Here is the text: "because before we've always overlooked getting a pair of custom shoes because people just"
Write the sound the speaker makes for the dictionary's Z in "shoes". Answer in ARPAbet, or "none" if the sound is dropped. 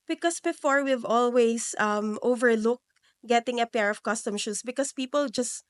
S